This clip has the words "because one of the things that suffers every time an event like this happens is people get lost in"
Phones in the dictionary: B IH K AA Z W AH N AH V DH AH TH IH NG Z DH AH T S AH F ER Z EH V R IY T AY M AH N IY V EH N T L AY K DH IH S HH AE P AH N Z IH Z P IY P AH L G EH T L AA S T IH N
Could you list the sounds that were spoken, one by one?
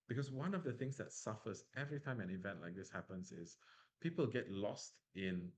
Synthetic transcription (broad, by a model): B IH K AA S W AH N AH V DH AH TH IH NG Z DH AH T S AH F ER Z EH V R IY T AY M AH N IY V EH N T L AY K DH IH S HH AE P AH N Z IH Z P IY P AH L G EH T L AA S T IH N